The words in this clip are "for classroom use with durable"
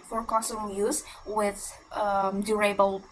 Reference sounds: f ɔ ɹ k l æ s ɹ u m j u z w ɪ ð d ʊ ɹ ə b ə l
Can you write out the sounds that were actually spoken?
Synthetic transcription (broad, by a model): f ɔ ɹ k ɔ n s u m j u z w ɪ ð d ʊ ɹ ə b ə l